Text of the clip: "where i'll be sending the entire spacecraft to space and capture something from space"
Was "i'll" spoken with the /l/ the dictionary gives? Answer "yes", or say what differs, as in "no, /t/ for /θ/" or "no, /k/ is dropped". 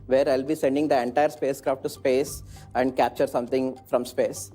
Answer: yes